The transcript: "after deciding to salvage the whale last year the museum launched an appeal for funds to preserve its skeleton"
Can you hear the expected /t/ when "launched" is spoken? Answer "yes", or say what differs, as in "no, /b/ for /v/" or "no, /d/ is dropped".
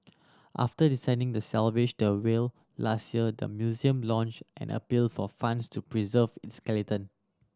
yes